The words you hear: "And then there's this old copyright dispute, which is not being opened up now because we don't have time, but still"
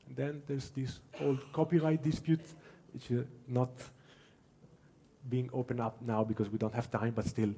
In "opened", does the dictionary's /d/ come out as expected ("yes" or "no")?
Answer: no